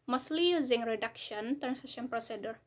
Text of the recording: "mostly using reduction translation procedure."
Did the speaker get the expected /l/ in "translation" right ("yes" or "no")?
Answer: no